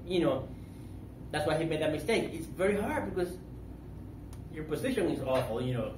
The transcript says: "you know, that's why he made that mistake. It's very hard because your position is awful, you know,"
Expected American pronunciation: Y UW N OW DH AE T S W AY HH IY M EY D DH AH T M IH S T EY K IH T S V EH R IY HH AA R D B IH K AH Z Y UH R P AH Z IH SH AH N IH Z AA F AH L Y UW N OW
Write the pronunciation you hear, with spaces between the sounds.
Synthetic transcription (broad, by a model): Y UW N OW DH AE T S W AY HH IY M EY D DH AH T M IH S T EY K IH T S V EH R IY HH AA R D B IH K AH Z Y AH R P AH Z IH SH AH N IH Z AA F L Y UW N OW